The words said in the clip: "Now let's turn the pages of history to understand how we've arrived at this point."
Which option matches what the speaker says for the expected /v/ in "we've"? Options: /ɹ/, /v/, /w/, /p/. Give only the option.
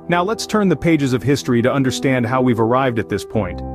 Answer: /v/